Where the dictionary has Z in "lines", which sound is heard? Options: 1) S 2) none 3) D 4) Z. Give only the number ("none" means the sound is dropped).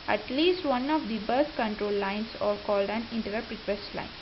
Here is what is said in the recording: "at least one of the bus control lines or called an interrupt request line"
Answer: 1